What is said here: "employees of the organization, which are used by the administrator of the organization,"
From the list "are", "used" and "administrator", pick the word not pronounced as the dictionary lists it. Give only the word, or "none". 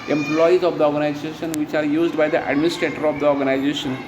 none